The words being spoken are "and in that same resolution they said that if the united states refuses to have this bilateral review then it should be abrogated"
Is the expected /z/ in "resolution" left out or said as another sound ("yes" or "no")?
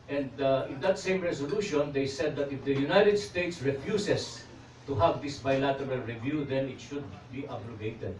yes